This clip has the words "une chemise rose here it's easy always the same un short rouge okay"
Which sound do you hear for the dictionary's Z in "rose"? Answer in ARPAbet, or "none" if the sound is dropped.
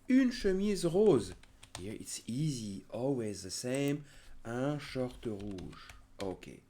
Z